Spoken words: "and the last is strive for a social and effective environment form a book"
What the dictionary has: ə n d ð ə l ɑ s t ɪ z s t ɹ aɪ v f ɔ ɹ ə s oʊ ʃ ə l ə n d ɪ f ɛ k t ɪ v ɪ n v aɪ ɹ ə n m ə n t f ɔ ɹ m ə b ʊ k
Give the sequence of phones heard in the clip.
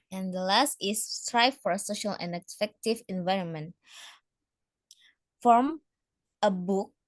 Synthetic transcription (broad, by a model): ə n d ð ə l ɑ s t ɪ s t ɹ aɪ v f ɔ ɹ ə s oʊ ʃ ə l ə n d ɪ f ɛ k t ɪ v ɪ n v aɪ ɹ ə n m ə n t f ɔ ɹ m ə b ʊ k